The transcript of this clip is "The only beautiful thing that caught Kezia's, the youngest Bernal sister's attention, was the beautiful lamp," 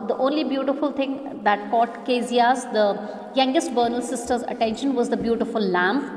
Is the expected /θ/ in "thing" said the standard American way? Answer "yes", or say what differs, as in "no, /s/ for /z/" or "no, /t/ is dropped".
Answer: no, /t/ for /θ/